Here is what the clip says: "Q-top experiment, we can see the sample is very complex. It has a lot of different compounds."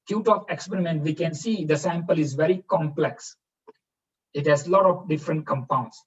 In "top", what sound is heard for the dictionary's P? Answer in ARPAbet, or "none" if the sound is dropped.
F